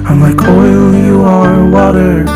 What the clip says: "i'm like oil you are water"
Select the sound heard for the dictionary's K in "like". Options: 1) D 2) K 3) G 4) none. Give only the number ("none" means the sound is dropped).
2